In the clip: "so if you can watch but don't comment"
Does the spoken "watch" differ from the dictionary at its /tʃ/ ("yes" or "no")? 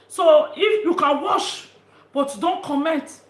yes